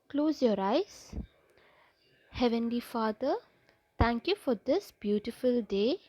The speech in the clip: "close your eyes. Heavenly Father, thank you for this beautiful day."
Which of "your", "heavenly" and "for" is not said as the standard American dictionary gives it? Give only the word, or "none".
none